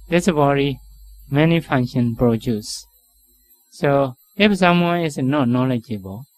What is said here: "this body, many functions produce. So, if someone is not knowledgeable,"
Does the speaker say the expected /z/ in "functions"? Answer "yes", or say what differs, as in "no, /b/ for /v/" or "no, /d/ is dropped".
no, /z/ is dropped